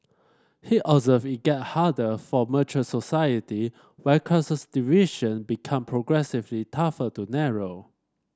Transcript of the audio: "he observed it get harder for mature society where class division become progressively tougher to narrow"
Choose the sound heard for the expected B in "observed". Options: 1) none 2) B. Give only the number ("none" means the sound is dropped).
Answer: 1